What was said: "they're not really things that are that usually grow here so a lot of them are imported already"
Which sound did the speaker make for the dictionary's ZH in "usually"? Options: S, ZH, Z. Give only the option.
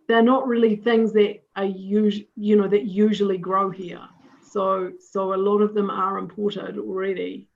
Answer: ZH